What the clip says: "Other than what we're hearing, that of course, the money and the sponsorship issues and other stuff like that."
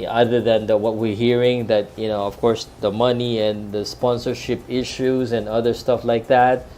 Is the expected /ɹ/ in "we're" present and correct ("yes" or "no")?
yes